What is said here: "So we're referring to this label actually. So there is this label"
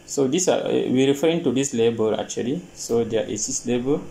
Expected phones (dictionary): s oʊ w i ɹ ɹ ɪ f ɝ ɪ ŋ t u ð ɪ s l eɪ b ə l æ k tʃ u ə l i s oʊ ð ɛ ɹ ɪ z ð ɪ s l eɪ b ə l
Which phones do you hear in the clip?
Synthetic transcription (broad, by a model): s oʊ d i w ɹ ɪ f ɝ ɪ ŋ t u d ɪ s l eɪ b ə l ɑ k tʃ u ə l i s oʊ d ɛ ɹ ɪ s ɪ s l eɪ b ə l